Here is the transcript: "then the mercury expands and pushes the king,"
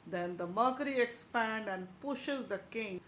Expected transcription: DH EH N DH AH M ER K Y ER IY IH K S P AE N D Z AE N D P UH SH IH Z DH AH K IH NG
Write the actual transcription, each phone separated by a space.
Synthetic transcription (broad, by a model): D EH N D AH M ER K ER IY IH K S P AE N D AE N D P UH SH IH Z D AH K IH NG